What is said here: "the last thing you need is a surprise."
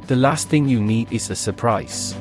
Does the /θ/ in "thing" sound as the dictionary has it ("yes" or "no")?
yes